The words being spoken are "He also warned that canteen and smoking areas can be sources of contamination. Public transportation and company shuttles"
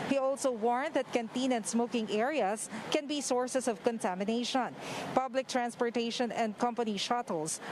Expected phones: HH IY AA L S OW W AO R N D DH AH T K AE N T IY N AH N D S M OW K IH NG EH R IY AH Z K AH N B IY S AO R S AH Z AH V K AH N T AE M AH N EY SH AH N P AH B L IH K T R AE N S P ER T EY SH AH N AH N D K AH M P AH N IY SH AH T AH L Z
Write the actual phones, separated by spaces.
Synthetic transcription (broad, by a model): HH IY AA L S OW W AO R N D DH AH T K AE N T IY N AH N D S M OW K IH NG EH R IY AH S K AH N B IY S AO R S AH S AH V K AH N T AE M AH N EY SH AH N P AH B L IH K T R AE N S P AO T EY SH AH N AH N D K AH M P AH N IY SH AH T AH L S